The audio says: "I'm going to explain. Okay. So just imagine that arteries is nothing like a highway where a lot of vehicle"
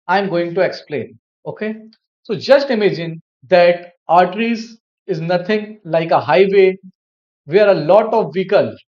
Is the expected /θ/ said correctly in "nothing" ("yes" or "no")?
no